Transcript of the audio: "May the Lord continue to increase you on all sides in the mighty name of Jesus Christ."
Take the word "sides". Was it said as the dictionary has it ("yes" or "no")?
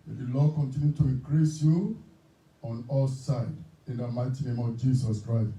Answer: no